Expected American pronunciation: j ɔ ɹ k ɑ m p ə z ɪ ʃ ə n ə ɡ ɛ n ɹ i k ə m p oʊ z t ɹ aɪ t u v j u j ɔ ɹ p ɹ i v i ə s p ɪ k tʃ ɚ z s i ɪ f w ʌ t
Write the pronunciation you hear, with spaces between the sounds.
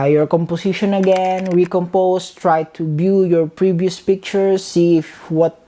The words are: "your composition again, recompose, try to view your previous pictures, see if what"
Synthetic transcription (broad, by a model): j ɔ ɹ k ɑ m p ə s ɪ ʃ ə n ə ɡ ɛ n ɹ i k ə m p oʊ s t ɹ aɪ t u b j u j ɔ ɹ p ɹ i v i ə s p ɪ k tʃ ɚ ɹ s i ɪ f w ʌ t